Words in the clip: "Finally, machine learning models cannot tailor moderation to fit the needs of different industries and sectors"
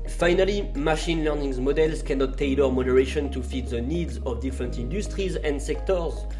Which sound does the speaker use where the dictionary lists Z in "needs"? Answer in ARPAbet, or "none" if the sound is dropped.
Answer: Z